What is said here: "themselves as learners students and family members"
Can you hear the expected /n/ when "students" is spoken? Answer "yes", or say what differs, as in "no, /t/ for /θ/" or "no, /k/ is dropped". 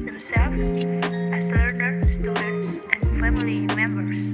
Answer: no, /n/ is dropped